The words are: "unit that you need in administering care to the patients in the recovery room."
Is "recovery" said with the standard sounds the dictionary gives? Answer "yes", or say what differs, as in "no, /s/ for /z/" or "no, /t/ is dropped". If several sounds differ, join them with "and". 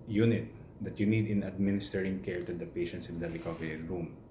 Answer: no, /l/ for /ɹ/